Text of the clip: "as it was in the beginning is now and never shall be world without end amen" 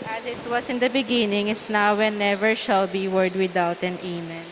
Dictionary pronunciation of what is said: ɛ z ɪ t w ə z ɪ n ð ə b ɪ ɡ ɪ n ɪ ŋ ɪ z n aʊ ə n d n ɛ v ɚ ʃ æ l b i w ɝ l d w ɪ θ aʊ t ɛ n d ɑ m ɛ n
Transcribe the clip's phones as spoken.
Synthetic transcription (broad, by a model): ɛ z ɪ t w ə s ɪ n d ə b ɪ ɡ ɪ n ɪ ŋ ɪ s n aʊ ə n n ɛ v ɚ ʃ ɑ l b i w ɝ d w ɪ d aʊ t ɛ n ɑ m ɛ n